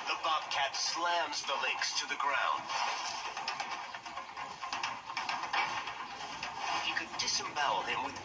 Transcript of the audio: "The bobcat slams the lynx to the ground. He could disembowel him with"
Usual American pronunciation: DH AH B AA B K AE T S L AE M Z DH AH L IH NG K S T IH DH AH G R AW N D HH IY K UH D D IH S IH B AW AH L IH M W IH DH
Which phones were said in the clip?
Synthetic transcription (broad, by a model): DH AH B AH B K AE T S L AE M Z DH AH L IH K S T IH DH AH G R AW N D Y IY K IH D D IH S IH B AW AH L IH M W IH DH